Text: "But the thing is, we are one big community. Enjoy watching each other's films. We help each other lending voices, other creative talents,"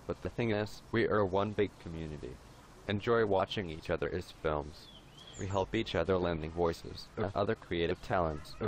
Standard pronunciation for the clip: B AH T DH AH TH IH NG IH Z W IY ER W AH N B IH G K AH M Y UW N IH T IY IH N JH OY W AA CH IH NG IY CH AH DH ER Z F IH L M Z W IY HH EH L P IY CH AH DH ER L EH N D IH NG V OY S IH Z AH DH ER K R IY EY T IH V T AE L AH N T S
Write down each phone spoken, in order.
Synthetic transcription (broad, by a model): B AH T DH AH TH IH NG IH S W IY ER W AH N B IH G K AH M Y UW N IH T IY IH N JH OY W AA CH IH NG IY CH AH DH ER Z F IH L M Z W IY HH EH L P IY CH AH DH ER L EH N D IH NG V OY S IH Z AH DH ER K R IY EY T IH V T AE L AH N T S